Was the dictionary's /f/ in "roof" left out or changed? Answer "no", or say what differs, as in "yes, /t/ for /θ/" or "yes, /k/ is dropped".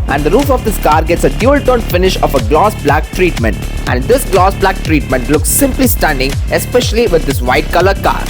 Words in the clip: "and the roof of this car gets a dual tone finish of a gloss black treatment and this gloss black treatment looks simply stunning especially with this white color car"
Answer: no